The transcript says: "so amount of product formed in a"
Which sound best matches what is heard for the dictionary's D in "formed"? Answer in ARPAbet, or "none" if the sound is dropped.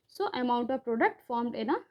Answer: D